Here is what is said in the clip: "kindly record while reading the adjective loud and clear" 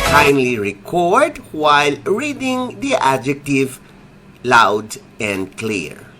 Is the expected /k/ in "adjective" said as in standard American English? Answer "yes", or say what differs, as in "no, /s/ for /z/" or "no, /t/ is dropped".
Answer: yes